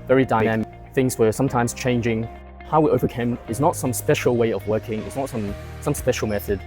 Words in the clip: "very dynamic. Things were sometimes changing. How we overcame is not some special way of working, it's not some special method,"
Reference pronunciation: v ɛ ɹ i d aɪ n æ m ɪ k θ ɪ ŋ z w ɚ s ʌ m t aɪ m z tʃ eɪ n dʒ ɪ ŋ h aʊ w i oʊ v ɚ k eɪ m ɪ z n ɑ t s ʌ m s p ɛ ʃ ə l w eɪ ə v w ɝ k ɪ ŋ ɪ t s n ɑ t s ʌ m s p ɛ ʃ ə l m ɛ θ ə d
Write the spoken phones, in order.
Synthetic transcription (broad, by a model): v ɛ ɹ i d aɪ n æ m ɪ k θ ɪ ŋ z w ɚ s ʌ m t aɪ m z tʃ eɪ n dʒ ɪ ŋ h aʊ w i oʊ v ɚ k eɪ m ɪ z n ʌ t s ʌ m s p ɛ ʃ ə l w eɪ ə v w ɝ k ɪ ŋ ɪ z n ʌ t s ʌ m s p ɛ ʃ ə l m ɛ θ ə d